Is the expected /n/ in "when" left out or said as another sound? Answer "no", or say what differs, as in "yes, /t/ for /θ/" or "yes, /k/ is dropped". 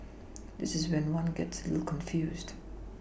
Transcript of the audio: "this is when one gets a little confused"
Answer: no